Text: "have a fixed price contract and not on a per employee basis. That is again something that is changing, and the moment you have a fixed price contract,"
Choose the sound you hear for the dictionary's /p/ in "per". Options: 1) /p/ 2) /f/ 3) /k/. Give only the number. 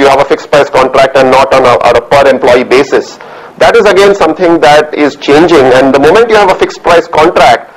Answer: 1